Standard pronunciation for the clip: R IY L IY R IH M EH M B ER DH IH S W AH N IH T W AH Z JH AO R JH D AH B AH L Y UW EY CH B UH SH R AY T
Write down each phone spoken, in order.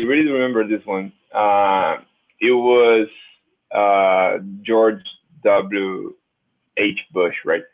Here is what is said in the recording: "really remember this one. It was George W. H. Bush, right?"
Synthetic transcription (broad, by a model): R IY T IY R IH M EH M B ER DH IH S W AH N IH T W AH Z JH AO R JH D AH B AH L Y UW EY CH B UH SH R AY T